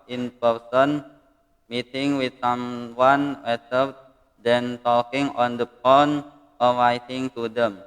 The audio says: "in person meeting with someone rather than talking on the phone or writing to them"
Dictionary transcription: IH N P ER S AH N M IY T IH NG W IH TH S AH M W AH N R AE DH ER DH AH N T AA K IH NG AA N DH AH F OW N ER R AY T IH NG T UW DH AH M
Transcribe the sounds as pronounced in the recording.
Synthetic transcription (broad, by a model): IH N P ER S AH N M IY T IH NG W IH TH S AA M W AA N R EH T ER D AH N T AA K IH NG AA N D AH P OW N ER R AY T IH NG T UW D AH M